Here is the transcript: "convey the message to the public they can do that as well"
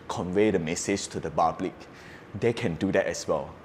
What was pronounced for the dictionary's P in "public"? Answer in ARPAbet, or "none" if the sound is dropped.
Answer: B